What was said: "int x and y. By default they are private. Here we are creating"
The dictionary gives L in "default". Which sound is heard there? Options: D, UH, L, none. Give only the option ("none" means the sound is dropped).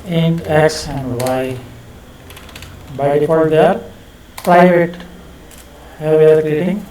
none